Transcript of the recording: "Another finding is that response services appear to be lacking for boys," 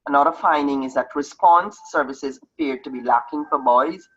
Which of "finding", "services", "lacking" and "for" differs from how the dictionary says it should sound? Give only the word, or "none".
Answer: none